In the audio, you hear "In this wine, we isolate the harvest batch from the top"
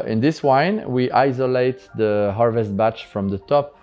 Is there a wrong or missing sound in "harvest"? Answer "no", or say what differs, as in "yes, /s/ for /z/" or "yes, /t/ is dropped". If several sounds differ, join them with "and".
no